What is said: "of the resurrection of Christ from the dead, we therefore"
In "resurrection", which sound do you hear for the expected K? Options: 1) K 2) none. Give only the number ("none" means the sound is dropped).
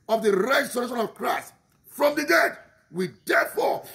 2